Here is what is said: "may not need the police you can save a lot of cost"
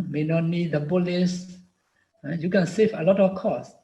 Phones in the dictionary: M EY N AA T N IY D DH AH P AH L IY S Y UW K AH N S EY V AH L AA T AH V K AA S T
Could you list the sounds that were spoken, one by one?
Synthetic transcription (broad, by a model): M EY N AA T N IY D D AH B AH L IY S Y UW K AH N S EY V AH L AA T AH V K AA S